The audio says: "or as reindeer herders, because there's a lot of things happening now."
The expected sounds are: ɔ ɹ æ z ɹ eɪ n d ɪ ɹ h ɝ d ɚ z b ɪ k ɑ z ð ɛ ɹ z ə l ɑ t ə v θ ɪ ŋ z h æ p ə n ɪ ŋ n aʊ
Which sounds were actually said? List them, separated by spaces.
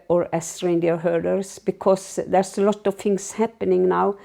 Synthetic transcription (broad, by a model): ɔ ɹ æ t ɹ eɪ n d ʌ ɹ h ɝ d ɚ s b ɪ k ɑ s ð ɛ ɹ s ə l ɑ t ə v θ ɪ ŋ s h æ p ə n ɪ ŋ n aʊ